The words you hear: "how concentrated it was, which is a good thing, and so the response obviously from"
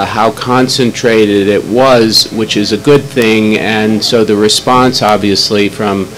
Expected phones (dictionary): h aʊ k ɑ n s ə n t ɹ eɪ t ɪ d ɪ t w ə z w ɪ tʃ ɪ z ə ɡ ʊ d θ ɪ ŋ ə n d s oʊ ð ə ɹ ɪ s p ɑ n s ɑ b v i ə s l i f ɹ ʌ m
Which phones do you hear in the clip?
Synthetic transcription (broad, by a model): h aʊ k ɑ n s ə n t ɹ eɪ t ɪ d ɪ t w ə z w ɪ tʃ ɪ z ə ɡ ʊ d θ ɪ ŋ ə n s oʊ ð ə ɹ ɪ s p ɑ n s ɑ b v i ə s l i f ɹ ʌ m